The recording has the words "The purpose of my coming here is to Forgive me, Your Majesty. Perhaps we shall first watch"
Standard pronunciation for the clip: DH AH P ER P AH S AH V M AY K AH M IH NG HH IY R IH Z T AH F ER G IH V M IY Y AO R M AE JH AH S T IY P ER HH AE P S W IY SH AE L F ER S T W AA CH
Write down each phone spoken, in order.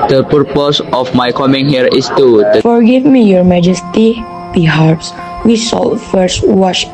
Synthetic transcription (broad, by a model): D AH P ER P AH S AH F M AY K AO M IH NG HH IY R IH S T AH F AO G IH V M IY Y AO R M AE JH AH S T IY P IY HH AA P S W IY S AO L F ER S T W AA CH